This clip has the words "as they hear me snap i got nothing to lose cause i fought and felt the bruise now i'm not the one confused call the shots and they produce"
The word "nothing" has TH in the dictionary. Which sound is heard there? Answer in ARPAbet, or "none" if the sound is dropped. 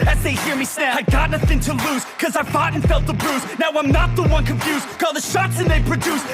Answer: TH